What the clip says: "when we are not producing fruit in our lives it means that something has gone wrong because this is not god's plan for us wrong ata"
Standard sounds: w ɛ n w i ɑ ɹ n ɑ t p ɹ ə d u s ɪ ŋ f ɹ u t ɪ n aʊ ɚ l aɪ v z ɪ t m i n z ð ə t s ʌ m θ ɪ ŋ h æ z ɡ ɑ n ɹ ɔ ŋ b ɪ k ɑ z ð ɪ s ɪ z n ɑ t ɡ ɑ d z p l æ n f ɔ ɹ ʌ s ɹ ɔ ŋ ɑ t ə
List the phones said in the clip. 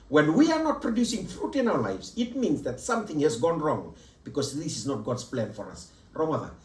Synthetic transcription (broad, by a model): w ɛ n w i ɑ ɹ n ɑ t p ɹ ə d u s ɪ ŋ f ɹ u t ɪ n aʊ ɚ l aɪ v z ɪ t m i n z ð ə t s ʌ m θ ɪ ŋ h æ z ɡ ɑ n ɹ ɔ ŋ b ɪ k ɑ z ð ɪ s ɪ z n ɑ t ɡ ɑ d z p l æ n f ɔ ɹ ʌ s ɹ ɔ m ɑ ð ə